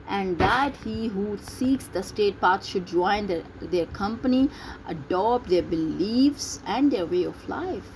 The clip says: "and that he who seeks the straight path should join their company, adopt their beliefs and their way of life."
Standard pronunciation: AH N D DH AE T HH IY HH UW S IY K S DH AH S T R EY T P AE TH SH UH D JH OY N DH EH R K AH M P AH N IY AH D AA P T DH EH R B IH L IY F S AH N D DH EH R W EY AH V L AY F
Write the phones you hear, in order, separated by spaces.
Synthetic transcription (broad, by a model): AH N D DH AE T HH IY HH UW S IY K S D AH S T EY T P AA S SH UH D JH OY N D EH R K AH M P AH N IY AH D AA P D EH R B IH L IY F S AH N D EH R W EY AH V L AY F